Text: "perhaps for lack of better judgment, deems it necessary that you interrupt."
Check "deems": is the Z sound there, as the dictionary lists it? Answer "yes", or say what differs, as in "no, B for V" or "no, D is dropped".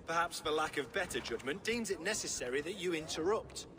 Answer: yes